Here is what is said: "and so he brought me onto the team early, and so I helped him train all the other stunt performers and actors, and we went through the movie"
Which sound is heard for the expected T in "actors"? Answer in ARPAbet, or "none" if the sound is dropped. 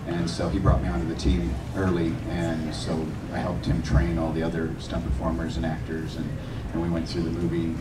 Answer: T